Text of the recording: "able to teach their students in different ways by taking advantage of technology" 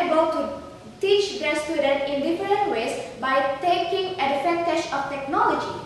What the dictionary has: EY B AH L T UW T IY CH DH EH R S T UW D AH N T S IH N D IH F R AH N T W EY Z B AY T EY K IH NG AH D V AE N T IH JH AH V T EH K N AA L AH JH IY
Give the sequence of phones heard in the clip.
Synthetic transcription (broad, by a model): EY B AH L T UW T IY CH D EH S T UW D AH N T IH N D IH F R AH N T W EY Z B AY T EY K IH NG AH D F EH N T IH SH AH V T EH K N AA L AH JH IY